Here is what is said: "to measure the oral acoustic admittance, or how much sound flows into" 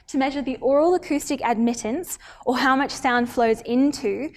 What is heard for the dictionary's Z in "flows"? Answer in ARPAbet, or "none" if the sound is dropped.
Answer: Z